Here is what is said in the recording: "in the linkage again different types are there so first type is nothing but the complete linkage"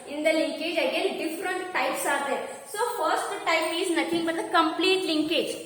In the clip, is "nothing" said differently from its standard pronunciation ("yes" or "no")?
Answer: yes